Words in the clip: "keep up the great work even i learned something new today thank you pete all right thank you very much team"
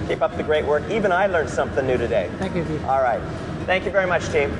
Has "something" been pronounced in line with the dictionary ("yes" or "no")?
yes